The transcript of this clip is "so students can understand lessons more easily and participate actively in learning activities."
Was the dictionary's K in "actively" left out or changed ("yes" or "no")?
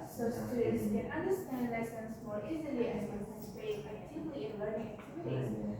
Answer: yes